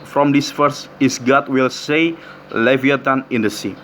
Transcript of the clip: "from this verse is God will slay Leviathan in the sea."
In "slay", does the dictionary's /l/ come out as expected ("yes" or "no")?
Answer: no